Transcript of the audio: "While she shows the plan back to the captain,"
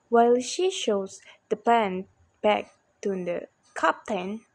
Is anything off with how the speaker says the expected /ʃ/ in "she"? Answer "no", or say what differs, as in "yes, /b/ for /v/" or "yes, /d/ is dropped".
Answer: no